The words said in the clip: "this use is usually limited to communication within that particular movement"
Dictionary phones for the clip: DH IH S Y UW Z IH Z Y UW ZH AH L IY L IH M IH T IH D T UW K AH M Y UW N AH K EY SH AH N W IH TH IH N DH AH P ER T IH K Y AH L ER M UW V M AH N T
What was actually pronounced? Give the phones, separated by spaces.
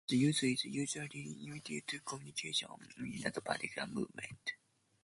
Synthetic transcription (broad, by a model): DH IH Y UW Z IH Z Y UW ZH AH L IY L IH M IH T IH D T UW K AH M Y UW N AH K EY SH AH N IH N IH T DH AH P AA T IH K Y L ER M UW V M AH N T